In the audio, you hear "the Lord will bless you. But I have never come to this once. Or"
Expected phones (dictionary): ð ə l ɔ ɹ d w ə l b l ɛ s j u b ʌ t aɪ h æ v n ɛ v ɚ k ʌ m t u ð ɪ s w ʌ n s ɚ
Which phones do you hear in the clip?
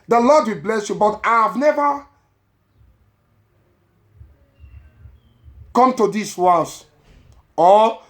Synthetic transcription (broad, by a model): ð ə l ɔ d w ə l b l ɛ s j u b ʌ t aɪ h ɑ v n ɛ v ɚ k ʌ m t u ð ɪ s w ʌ s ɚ